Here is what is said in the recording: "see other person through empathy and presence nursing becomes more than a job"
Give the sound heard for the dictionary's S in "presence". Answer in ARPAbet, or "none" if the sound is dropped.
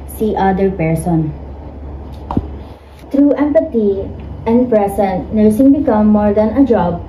none